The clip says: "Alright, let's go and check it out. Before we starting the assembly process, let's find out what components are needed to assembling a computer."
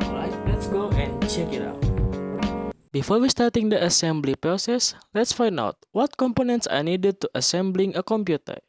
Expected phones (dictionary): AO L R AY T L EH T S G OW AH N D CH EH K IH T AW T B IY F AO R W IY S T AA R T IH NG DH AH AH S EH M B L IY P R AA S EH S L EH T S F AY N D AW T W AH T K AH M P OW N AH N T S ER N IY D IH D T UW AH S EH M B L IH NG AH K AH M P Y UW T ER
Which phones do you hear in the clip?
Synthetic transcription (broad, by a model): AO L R AY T L EH T S G OW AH N CH EH K IH T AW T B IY F AO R W IY S T AA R T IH NG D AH AH S EH M B L IY P R AA S EH S L EH T S F AY N D AW T W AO T K AH M P OW N AH N T S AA N IY D IH D T UW AH S EH M B L IH NG AH K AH M P Y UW T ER